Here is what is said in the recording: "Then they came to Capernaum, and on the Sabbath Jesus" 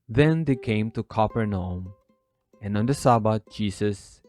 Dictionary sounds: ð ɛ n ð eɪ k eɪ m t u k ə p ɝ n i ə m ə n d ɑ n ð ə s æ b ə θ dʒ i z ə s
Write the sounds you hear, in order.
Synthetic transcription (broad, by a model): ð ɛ n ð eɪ k eɪ m t u k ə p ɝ n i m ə n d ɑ n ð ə s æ b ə t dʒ i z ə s